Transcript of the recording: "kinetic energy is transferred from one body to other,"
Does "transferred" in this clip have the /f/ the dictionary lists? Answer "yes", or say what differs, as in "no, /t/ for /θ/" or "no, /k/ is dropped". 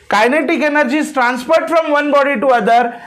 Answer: no, /p/ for /f/